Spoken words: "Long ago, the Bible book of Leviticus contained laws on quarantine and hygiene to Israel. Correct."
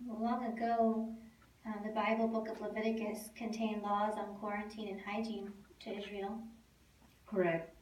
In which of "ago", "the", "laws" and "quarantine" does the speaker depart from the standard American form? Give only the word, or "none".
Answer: none